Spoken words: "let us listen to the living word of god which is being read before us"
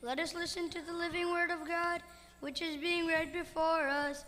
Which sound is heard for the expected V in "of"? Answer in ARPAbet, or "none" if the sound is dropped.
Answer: V